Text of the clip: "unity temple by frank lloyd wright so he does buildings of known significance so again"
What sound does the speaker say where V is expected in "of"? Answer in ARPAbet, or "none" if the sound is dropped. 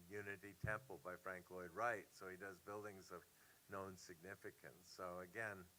V